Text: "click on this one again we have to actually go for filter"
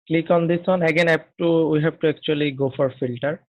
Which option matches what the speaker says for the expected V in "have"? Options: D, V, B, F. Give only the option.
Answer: B